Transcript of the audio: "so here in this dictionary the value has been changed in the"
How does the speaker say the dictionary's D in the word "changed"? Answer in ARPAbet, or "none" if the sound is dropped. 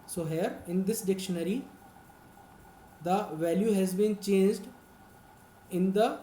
D